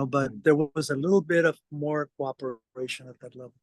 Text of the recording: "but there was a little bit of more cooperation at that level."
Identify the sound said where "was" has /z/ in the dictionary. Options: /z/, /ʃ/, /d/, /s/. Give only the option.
/z/